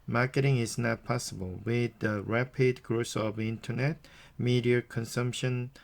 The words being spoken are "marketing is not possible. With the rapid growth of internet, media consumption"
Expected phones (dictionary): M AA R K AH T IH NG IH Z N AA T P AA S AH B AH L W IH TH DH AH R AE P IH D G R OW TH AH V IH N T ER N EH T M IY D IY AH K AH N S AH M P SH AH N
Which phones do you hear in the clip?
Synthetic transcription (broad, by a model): M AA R K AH T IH NG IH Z N AA T P AA S AH B AH L W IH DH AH R AE P IH D G R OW S AH V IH N T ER N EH T M IY D IY AH K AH N S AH M P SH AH N